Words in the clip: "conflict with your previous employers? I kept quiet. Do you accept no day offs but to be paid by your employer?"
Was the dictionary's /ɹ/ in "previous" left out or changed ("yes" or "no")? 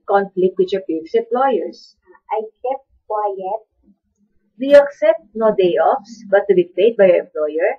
yes